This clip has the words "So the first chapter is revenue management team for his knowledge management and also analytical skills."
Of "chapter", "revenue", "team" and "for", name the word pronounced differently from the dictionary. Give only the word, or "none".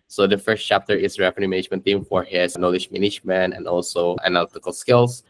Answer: revenue